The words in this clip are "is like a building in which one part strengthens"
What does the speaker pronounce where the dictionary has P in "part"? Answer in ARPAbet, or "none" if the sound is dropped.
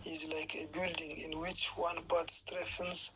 B